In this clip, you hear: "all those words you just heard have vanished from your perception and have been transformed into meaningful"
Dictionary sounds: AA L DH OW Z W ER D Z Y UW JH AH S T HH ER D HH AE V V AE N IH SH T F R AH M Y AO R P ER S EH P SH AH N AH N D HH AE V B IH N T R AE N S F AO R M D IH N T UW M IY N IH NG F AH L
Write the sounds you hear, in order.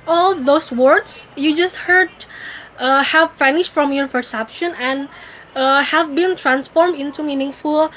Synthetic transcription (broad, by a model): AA L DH OW S W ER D S Y UW JH AH S T HH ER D HH AE V F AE N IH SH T F R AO M Y AO R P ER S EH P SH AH N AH N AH HH AE V B IH N T R AE N S F AO R M D IH N T UW M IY N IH NG F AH L